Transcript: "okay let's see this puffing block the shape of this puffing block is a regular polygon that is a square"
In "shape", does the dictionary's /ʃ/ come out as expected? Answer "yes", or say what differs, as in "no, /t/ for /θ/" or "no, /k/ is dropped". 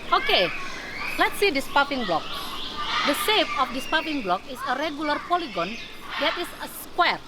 no, /s/ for /ʃ/